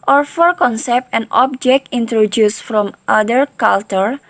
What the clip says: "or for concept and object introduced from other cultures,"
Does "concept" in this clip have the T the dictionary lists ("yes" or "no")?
yes